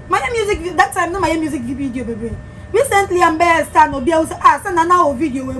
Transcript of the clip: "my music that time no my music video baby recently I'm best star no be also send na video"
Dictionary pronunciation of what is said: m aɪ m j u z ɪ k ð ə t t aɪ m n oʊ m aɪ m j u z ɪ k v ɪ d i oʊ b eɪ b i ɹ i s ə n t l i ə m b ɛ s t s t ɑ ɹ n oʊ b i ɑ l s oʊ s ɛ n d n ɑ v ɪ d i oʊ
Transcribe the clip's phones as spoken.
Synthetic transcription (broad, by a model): m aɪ m j u z ɪ k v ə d t aɪ m n oʊ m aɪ m j u z ɪ k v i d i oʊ b eɪ b i ɹ i s ə n t l i ə m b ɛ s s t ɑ n oʊ b i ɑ w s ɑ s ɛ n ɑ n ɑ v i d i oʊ